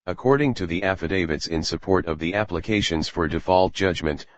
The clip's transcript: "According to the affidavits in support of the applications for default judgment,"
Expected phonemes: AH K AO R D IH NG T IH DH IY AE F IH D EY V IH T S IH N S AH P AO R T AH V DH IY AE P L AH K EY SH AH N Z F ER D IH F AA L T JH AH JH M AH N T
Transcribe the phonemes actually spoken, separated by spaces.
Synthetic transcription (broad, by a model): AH K AO R D IH NG T IH DH IY AE F IH D EY V IH T S IH N S AH P AO R T AH V DH IY AE P L AH K EY SH AH N Z F ER D IH F AA L T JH AH JH M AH N T